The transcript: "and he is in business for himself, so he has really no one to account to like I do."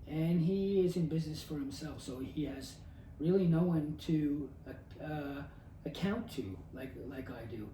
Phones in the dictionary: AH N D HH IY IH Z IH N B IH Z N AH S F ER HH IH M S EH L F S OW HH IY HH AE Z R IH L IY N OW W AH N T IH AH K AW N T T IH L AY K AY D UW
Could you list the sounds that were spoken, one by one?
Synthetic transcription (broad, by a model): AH N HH IY IH Z IH N B IH Z N AH S F ER HH IH M S EH L F S OW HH IY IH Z R IH L IY N OW W AH N T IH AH K AW N T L IH L AY K AY D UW